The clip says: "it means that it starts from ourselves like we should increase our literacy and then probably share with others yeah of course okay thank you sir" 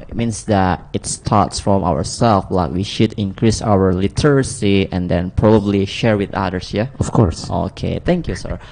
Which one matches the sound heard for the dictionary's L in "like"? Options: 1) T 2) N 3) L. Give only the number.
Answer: 3